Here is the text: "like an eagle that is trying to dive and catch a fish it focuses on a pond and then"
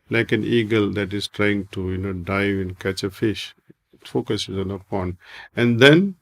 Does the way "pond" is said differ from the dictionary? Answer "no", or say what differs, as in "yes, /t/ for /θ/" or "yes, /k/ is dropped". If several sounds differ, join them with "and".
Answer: yes, /d/ is dropped